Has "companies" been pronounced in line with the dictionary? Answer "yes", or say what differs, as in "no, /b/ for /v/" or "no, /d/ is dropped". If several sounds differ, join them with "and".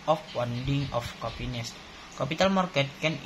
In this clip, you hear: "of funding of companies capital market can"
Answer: no, /m/ is dropped and /s/ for /z/